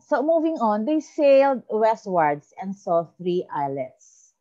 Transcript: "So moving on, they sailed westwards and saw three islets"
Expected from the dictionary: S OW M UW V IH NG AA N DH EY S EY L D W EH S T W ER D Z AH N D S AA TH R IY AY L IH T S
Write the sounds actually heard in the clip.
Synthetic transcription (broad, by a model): S OW M UW V IH NG AA N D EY S EY L D W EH S T W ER D S AH N D S AA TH R IY AY L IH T S